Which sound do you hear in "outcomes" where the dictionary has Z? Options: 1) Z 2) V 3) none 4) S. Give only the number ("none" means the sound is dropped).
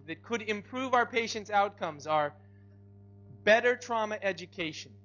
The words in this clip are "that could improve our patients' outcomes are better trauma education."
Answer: 1